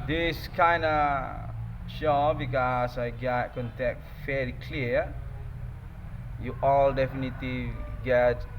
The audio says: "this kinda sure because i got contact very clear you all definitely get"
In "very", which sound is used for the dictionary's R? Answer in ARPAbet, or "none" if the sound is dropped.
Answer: L